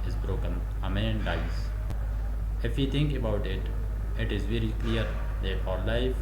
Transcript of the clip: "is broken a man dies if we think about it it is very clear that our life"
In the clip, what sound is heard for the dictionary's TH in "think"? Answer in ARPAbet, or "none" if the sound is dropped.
T